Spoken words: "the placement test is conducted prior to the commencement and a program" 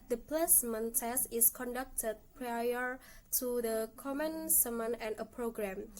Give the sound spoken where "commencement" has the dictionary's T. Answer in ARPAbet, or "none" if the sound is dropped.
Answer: none